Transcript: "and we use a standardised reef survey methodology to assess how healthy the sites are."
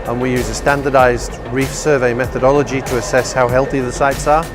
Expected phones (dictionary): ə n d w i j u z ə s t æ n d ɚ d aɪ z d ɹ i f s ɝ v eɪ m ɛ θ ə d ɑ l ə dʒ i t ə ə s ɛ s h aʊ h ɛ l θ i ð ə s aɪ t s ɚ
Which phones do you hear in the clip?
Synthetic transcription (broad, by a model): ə n w i j u z ə s t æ n d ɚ d aɪ z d ɹ i f s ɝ v eɪ m ɛ θ ə d ɑ l ə dʒ i t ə ə s ɛ s h aʊ h ɛ l θ i ð ə s aɪ t s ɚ